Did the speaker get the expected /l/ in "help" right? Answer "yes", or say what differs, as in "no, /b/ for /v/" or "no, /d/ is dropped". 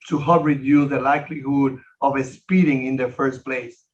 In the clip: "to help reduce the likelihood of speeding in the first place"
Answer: no, /l/ is dropped